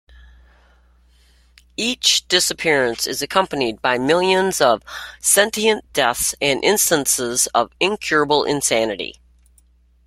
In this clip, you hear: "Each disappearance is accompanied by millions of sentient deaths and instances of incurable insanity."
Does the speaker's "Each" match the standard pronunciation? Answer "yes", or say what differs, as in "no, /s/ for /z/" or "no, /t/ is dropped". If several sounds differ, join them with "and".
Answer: yes